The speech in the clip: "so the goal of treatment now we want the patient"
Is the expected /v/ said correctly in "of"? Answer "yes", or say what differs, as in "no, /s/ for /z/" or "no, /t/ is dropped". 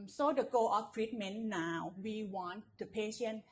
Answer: no, /f/ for /v/